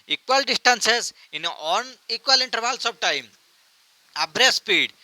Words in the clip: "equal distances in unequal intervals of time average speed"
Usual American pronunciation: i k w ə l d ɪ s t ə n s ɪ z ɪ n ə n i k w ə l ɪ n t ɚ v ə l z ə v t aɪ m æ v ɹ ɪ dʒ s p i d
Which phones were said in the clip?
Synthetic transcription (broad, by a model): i k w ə l d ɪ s t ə n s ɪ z ɪ n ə n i k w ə l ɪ n t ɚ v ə l s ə b t aɪ m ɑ b ɹ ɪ s p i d